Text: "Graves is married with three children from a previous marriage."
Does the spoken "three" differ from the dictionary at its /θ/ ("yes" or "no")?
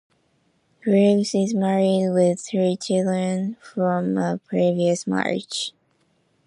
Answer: no